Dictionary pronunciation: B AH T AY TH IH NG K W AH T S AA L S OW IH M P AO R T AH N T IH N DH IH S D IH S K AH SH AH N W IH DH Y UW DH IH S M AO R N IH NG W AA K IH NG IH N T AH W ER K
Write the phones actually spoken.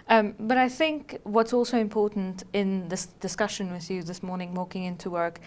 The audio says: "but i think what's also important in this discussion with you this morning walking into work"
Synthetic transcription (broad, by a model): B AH T AY TH IH NG K W AH T S AA L S OW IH M P AO R T N T IH N DH IH S D IH S K AH SH AH N W IH DH Y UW DH IH S M AO R N IH NG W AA K IH NG IH N T AH W ER K